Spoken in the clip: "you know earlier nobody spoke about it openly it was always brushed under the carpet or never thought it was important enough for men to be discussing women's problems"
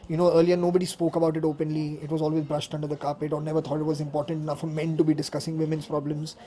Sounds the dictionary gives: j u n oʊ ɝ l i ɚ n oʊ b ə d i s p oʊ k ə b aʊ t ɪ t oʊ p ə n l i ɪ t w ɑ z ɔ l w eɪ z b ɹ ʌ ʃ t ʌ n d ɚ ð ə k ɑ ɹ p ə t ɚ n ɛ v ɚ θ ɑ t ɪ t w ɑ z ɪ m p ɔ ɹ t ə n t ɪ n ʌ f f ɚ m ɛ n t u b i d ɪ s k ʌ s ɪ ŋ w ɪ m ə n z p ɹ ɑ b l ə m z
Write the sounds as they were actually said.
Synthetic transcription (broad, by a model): j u n oʊ ɝ l i ɚ n oʊ b ə d i s p oʊ k ə b aʊ t ɪ t oʊ p ə n l i ɪ t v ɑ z ɔ l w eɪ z b ɹ ʌ ʃ t ʌ n d ɚ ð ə k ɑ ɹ p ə t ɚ n ɛ v ɚ t ɑ t ɪ t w ɑ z ɪ m p ɔ ɹ t ə n t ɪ n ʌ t f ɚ m ɛ n t u b i d ɪ s k ʌ s ɪ ŋ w ɪ m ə n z p ɹ ɑ b l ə m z